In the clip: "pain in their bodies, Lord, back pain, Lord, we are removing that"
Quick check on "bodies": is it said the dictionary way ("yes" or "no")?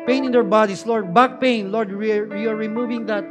no